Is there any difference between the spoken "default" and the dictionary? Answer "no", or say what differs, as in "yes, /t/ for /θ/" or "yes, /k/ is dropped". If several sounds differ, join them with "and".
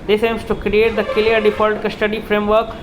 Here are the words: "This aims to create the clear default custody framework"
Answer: yes, /p/ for /f/